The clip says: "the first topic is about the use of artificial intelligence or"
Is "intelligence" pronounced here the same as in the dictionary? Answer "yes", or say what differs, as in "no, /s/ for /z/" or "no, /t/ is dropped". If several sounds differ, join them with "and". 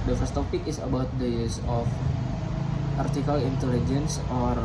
yes